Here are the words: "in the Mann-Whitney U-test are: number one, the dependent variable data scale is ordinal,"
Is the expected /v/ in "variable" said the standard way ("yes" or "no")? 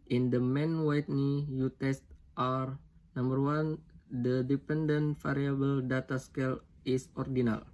no